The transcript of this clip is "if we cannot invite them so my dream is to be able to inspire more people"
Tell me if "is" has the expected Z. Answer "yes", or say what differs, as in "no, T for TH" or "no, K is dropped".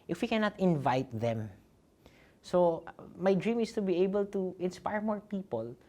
no, S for Z